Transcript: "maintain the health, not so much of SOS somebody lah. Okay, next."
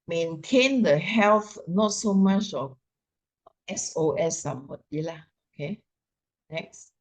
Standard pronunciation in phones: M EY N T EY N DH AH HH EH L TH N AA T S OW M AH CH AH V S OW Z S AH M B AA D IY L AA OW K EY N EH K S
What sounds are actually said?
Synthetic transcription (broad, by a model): M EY N T EY N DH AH HH EH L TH N AA T S OW M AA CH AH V S OW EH S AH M AA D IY L AA OW K EY N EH K S